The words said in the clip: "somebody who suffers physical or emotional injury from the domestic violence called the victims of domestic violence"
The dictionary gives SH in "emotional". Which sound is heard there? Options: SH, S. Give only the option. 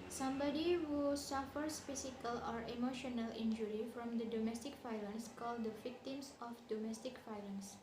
SH